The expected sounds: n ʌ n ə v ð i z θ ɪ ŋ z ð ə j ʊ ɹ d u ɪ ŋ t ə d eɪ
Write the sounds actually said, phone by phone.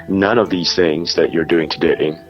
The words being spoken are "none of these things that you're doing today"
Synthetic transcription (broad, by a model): n ʌ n ə v ð i z θ ɪ ŋ z ð ə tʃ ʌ ɹ d u ɪ ŋ t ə d eɪ